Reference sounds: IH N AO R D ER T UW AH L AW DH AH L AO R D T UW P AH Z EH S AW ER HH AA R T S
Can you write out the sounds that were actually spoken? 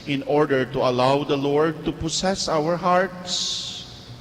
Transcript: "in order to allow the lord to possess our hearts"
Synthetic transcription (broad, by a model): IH N AO R D ER T UW AH L AW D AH L AO R D T UW P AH S EH S AW ER HH AA R T S